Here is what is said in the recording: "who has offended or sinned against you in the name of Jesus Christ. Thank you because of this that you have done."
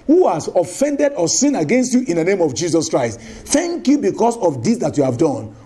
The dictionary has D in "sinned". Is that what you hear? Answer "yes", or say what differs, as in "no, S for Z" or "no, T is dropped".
no, D is dropped